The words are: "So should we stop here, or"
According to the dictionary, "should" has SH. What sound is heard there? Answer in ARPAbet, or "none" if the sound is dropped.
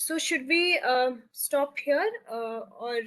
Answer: SH